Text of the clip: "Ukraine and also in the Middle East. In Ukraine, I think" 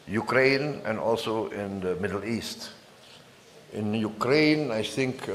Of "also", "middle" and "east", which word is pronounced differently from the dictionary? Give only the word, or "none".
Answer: none